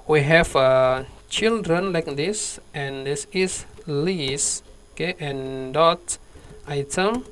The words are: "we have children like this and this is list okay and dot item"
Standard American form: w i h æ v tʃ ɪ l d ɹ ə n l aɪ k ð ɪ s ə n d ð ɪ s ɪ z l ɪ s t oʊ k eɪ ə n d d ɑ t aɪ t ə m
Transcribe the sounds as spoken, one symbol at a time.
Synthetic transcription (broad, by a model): w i h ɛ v tʃ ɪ l d ɹ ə n l aɪ k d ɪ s ə n d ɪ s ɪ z l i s oʊ k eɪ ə n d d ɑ t aɪ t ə m